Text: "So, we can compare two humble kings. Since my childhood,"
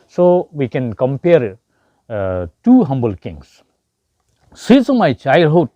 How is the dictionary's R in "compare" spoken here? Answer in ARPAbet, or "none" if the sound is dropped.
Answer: R